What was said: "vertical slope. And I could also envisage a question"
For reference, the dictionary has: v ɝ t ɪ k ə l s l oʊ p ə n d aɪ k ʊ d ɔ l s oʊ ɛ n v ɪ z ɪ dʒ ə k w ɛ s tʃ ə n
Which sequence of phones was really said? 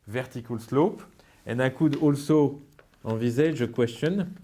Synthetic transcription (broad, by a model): v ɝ t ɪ k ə l s l oʊ p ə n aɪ k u d ɔ l s oʊ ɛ v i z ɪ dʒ ə k w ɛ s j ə n